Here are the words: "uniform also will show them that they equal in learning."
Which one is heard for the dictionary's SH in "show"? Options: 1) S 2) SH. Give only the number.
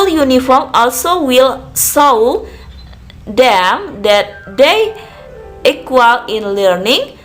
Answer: 1